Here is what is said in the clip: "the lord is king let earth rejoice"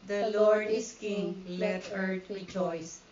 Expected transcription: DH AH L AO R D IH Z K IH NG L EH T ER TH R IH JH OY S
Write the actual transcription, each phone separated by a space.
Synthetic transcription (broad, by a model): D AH L AO R D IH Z K IH NG L EH T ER T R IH JH OY S